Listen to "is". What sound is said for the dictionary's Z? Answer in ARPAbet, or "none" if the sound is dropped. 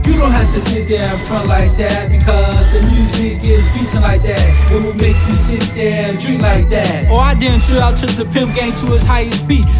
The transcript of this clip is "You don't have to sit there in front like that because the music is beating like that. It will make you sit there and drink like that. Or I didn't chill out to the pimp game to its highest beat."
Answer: Z